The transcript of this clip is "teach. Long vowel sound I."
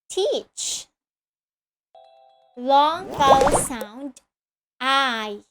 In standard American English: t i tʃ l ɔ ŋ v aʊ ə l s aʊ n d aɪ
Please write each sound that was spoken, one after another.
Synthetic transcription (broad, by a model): t i tʃ l ɔ ŋ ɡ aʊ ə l s aʊ n d aɪ